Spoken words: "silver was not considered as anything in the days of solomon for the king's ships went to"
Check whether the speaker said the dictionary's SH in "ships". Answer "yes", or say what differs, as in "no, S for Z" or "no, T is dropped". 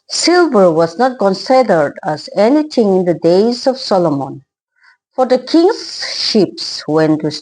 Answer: yes